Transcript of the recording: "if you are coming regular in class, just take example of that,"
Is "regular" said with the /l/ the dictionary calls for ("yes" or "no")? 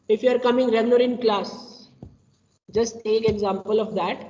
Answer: no